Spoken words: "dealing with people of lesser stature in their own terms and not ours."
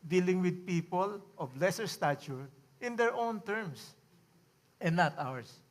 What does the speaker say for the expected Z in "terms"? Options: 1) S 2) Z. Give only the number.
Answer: 1